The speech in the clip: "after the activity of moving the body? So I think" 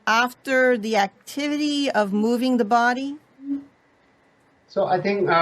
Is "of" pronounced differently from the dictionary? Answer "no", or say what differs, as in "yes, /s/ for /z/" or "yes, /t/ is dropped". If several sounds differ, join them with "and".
no